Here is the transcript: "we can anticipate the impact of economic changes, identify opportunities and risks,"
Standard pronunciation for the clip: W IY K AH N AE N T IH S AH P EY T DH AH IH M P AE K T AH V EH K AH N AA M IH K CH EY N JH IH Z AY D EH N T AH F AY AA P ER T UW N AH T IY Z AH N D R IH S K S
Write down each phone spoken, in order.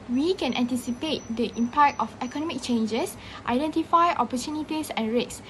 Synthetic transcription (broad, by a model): W IY K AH N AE N T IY S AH P EY T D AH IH M P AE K T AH F EH K AH N AA M IH K CH EY N JH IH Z AY D EH N T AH F AY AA P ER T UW N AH T IY S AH N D R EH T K S